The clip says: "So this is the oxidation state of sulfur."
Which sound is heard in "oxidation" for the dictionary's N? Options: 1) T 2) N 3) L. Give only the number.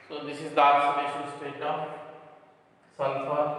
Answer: 3